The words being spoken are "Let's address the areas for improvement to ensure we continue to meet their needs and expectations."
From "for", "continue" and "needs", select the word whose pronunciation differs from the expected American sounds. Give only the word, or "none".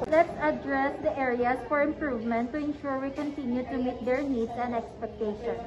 needs